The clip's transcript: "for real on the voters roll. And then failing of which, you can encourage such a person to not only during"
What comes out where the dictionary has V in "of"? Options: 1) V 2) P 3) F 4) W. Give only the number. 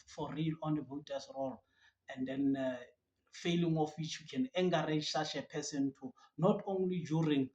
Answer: 3